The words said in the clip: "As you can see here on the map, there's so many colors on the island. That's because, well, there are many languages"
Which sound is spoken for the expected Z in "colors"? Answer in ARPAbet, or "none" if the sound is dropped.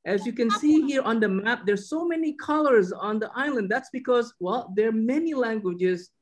Z